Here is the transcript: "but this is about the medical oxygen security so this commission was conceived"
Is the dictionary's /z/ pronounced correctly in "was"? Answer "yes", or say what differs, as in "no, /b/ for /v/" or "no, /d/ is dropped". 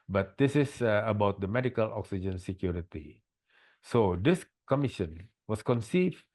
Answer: no, /s/ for /z/